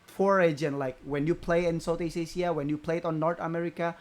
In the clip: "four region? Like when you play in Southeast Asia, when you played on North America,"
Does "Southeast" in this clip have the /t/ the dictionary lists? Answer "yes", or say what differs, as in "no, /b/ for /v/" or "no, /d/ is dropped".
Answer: no, /t/ is dropped